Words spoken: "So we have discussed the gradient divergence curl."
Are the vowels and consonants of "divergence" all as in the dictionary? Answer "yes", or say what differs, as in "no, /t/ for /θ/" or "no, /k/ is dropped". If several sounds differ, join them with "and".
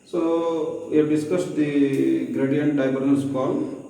no, /b/ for /v/